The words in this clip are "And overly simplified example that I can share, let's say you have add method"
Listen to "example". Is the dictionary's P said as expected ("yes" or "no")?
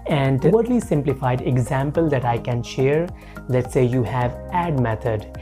yes